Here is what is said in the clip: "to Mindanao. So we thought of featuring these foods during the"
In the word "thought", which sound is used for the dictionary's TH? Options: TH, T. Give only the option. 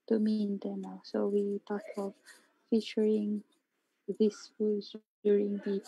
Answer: T